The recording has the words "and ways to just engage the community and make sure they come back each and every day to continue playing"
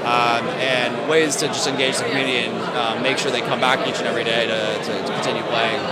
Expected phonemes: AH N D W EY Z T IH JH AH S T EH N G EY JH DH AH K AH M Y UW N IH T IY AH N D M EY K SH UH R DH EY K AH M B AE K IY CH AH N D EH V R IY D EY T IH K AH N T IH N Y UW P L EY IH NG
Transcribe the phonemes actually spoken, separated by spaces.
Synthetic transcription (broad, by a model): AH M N W EY Z T IH JH AH S T EH N G EY JH DH AH K M Y UW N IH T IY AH N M M EY K SH UH R DH EY K AH M B AE K IY CH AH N EH V R IY D EY T IH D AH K T IH N Y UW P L EY IH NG